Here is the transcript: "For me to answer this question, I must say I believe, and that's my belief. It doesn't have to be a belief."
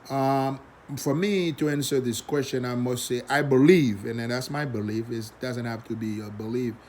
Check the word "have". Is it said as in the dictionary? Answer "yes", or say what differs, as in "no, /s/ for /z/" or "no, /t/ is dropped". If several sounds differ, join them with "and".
no, /f/ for /v/